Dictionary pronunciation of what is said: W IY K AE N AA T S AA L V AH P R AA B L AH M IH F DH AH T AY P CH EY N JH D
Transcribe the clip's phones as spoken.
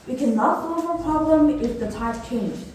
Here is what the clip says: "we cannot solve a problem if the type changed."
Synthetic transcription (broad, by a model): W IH K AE N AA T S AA V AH P R AA B L AH M IH F DH AH T AY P CH EY N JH